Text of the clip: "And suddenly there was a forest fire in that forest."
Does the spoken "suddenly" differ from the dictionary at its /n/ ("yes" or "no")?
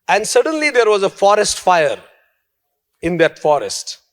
no